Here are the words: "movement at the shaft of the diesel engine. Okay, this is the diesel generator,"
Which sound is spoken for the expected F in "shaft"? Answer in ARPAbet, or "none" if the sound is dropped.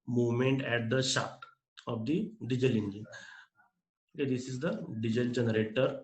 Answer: none